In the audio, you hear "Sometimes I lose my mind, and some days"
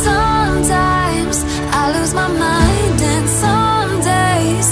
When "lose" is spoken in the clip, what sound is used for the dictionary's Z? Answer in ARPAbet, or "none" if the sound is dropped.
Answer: Z